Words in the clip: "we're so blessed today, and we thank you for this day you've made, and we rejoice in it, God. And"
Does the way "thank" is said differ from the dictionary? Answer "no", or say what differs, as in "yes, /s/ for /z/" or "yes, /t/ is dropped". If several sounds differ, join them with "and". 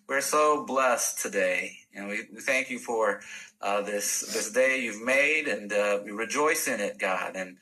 no